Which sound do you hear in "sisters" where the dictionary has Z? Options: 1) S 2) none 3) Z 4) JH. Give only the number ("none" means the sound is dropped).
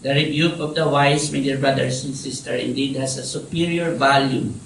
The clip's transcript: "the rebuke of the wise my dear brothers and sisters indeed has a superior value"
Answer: 2